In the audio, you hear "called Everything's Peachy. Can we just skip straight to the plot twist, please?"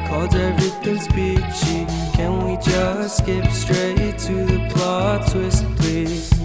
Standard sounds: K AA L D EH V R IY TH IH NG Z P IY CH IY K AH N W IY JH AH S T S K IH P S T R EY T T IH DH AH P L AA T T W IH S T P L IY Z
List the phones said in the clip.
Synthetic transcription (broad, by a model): K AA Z EH V R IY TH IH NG S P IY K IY K AH N W IY JH AH S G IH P S T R EY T T IH DH AH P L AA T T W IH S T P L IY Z